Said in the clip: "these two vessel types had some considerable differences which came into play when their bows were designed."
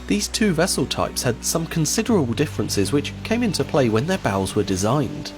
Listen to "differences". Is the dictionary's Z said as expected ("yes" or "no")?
yes